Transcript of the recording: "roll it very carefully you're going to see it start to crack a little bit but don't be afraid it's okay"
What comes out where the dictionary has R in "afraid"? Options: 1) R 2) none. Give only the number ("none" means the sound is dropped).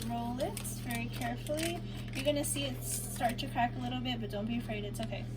1